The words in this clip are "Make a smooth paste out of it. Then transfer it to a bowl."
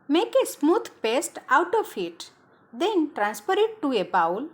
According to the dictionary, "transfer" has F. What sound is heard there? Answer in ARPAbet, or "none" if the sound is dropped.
P